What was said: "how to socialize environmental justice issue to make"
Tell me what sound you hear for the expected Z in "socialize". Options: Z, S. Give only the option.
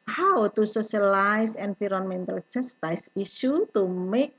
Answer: S